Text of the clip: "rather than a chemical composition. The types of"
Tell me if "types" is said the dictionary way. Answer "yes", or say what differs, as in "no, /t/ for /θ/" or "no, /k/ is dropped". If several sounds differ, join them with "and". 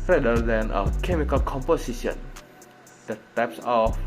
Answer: yes